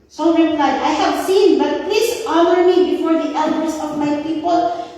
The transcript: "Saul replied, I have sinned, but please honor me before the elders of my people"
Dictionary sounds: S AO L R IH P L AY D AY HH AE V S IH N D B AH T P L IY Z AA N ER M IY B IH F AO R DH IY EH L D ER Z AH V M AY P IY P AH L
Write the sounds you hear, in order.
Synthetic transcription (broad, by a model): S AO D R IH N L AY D AY HH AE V S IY N B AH T P L IY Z AA N ER M IY B IH F AO R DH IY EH L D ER S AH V M AY P IY P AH L